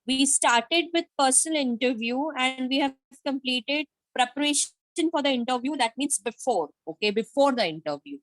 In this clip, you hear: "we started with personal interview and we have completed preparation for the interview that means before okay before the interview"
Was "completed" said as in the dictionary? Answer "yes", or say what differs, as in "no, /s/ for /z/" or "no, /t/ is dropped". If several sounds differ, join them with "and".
yes